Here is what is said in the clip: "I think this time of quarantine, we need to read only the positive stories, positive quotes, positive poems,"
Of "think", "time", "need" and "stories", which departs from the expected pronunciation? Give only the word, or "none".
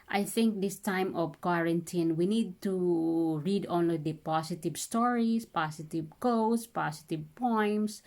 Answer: stories